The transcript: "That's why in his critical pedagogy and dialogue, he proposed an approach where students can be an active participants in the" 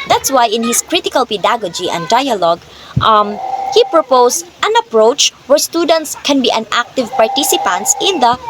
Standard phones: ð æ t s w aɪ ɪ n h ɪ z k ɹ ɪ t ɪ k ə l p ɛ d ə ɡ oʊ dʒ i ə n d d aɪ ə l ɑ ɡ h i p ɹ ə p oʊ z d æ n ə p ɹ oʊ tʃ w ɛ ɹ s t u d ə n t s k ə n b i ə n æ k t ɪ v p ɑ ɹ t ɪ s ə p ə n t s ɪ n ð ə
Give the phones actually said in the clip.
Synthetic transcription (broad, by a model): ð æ t s w aɪ ɪ n h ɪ s k ɹ ɪ t ɪ k ə l p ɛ d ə ɡ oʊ dʒ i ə n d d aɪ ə l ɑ ɡ h i p ɹ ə p oʊ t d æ n ə p ɹ oʊ tʃ w ɛ ɹ s t u d ə n t s k ə n b i ə n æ k t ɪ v p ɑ ɹ t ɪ s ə p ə n t s ɪ n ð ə